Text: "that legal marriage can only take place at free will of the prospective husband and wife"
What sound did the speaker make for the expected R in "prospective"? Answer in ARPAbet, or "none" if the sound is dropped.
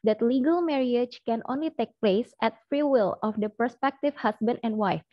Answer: none